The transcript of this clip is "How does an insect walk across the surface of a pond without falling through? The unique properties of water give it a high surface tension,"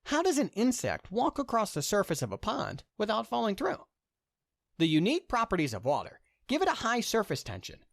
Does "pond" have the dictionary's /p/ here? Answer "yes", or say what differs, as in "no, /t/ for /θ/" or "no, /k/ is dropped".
yes